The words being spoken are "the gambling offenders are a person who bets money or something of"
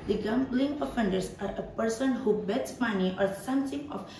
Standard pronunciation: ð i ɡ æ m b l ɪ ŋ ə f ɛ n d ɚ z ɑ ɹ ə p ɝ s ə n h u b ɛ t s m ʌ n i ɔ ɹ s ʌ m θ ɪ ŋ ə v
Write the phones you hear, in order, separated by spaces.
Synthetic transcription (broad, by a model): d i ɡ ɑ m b l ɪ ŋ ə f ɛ n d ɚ s ɑ ɹ ə p ɝ s ə n h u b ɛ t s m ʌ n i ɔ ɹ s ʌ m s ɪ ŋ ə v